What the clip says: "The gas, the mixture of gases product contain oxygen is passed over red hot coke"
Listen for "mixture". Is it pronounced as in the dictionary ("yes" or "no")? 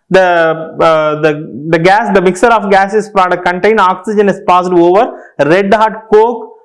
no